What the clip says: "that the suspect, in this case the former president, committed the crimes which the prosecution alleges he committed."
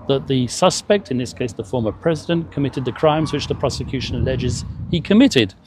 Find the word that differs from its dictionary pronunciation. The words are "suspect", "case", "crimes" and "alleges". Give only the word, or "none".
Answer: none